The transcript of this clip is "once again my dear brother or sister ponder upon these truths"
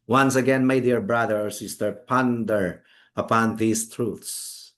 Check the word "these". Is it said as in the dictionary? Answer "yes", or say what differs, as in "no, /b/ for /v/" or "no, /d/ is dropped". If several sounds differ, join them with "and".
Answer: no, /s/ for /z/